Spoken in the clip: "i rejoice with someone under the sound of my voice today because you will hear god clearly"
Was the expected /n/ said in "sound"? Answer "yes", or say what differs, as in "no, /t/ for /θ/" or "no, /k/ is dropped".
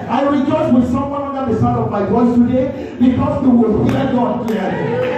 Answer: no, /n/ is dropped